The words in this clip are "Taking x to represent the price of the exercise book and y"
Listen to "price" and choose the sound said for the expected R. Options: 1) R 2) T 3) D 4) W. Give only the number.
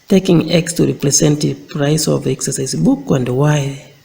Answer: 1